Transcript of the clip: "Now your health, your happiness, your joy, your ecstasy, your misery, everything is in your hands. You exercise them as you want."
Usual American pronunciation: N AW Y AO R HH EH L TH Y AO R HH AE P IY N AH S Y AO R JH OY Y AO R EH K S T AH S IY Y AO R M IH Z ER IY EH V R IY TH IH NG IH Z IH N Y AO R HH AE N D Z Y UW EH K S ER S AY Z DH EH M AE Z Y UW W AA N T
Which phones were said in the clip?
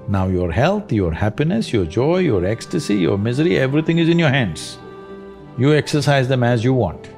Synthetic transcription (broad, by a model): N AW Y AO R HH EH L T Y AO R HH AE P IY N AH S Y AO R JH OY Y AO R EH K S T AH S IY Y AO R M IH Z ER IY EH V R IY T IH NG IH Z IH N Y AO R HH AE N D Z Y UW EH K S ER S AY Z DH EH M AE Z Y UW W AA N T